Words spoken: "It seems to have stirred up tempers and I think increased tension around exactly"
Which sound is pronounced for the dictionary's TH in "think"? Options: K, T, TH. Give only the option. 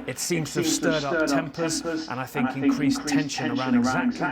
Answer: TH